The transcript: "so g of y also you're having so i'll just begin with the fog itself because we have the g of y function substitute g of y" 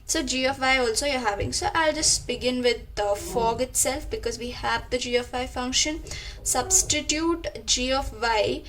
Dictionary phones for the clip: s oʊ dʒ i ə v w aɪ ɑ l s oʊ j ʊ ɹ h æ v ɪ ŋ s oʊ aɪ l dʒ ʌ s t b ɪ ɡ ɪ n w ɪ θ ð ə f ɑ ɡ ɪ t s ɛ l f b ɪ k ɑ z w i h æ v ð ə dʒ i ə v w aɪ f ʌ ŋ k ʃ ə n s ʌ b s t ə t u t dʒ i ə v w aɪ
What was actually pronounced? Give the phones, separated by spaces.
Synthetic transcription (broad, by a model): s oʊ dʒ i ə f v aɪ ɑ l s oʊ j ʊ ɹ h æ v ɪ ŋ s oʊ aɪ l dʒ ʌ s t b ɪ ɡ ɪ n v ɪ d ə f ɑ ɡ ɪ t s ɛ l f b ɪ k ɑ z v i h æ v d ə dʒ i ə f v aɪ f ʌ ŋ k ʃ ə n s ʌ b s t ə t u t dʒ i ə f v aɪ